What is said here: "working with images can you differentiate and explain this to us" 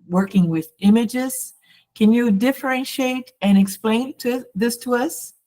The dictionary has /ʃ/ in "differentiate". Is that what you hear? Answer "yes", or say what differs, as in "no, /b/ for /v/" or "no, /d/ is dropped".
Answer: yes